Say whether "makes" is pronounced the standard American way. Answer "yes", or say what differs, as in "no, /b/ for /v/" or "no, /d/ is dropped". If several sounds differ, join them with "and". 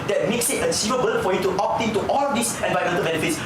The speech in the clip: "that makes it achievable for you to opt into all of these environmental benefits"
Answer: yes